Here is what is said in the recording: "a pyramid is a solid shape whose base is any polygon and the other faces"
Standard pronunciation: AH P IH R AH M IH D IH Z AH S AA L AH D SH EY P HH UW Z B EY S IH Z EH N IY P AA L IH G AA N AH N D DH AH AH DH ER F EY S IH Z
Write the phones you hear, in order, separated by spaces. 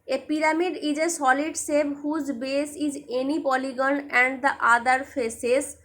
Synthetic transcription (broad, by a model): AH P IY R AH M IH D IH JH AH S AA L AH D S EY B HH UW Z B EY S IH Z EH N IY P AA L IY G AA N AH N D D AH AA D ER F EY S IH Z